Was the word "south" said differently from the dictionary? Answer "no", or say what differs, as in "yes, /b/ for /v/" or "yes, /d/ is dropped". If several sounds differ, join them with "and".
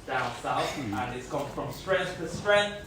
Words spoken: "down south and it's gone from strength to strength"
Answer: yes, /s/ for /θ/